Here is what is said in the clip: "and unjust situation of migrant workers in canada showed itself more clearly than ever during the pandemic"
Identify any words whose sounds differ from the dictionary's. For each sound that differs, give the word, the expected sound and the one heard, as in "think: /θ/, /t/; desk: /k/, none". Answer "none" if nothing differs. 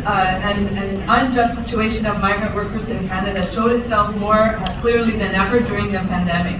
none